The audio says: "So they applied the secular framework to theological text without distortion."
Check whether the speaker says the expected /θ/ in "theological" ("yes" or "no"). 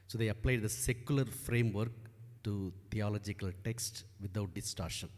no